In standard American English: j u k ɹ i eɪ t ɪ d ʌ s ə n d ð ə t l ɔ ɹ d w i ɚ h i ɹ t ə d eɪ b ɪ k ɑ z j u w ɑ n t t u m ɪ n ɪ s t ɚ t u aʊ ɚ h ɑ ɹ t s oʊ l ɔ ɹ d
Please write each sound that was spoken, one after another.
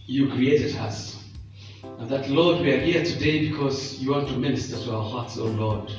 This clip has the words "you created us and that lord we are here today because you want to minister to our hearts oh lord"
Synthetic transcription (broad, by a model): j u k ɹ i eɪ t ɪ d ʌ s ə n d ð ə t l ɔ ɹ d w i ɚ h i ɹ t ə d eɪ b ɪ k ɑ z j u w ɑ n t t u m ɪ n ɪ s t ɚ t u aʊ ɚ h ɑ ɹ t s oʊ l ɔ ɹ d